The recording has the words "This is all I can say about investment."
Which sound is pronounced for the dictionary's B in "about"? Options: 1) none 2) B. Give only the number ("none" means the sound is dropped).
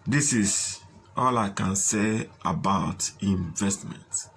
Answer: 2